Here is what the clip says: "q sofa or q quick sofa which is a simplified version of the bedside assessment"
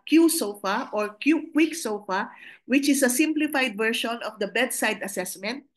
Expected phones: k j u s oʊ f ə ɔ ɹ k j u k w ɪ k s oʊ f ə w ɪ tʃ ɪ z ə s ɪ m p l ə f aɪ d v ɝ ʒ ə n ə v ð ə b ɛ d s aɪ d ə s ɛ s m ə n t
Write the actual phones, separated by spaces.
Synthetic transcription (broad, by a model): k j u s oʊ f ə ɔ ɹ k j u k w ɪ k s oʊ f ə w ɪ tʃ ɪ s ə s ɪ m p l ə f aɪ d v ɝ ʃ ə n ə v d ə b ɛ d s aɪ d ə s ɛ s m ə n t